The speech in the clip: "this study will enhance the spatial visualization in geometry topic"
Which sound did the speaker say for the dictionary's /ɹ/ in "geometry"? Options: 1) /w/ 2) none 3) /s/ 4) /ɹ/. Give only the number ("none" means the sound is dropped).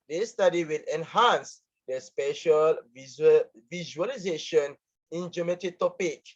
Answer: 2